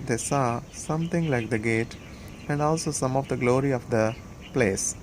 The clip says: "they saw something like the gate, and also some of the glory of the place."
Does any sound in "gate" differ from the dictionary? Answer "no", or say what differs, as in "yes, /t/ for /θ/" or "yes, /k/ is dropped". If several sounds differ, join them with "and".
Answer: no